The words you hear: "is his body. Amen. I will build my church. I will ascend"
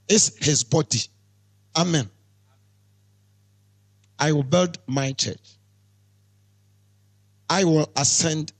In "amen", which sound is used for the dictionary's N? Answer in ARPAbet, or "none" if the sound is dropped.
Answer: N